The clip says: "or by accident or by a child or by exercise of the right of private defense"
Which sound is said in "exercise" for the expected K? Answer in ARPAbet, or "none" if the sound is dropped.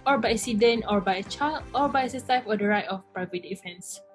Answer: none